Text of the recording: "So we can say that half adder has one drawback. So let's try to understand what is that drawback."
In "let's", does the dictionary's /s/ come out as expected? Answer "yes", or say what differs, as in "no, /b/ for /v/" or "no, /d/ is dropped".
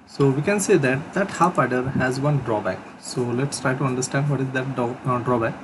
yes